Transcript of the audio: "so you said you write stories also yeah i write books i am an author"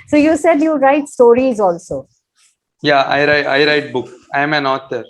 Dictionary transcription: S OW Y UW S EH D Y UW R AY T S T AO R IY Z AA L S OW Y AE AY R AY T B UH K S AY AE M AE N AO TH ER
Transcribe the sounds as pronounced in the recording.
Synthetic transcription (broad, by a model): S OW Y UW S EH D Y UW R AY T S T AO R IY Z AA L S OW Y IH AY R AY T B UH K AY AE M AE N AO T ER